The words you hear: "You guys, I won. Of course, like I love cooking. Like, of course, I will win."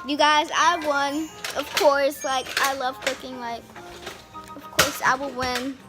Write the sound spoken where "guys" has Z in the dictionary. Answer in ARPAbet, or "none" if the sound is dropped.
Z